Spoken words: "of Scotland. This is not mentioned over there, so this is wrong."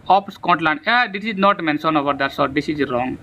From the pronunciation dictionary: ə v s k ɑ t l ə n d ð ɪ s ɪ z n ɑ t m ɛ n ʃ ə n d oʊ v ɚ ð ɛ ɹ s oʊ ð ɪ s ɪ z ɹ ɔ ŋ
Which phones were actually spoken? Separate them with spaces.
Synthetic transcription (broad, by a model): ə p s k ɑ t l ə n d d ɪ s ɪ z n ɑ t m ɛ n s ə n oʊ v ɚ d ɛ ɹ s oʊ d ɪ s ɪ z ɹ ɔ ŋ